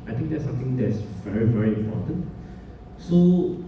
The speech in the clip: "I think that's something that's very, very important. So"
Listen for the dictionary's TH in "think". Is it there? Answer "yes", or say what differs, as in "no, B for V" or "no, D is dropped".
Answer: no, T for TH